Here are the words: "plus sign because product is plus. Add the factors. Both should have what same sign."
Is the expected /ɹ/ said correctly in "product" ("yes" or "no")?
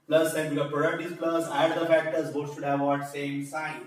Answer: yes